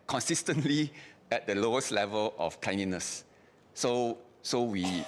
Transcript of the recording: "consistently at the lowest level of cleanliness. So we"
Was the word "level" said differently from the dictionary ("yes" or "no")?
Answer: no